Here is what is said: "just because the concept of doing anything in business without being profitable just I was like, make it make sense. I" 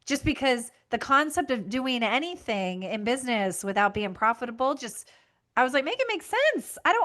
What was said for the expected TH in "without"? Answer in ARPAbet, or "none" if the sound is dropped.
TH